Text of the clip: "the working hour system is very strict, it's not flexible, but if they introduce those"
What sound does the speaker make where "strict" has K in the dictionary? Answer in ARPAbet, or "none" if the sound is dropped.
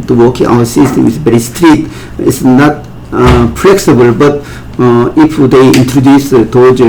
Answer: none